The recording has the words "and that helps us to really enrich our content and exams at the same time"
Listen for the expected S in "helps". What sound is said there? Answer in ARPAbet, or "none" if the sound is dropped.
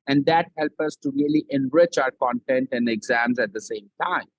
none